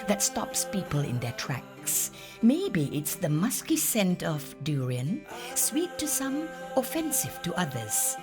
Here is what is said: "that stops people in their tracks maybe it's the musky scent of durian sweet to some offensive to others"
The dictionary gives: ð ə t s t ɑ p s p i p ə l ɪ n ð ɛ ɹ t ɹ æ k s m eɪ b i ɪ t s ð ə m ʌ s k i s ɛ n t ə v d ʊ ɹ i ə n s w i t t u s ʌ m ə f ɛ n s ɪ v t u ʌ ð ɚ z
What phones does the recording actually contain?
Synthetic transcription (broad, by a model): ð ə t s t ɑ p s p i p ə l ɪ n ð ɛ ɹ t ɹ æ k s m eɪ b i ɪ t s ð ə m ʌ s k i s ɛ n t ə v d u ɹ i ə n s w i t t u s ʌ m ə f ɛ n s ɪ v t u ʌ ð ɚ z